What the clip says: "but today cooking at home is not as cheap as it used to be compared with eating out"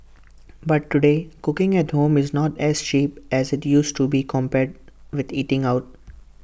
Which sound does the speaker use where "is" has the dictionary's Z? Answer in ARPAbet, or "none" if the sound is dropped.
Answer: Z